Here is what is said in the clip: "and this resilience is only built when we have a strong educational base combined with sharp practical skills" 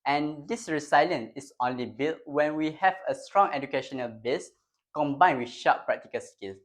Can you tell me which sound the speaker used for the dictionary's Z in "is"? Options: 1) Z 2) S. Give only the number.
2